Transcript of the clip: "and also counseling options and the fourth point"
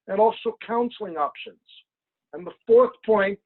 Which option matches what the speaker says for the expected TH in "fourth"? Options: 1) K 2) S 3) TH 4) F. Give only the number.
3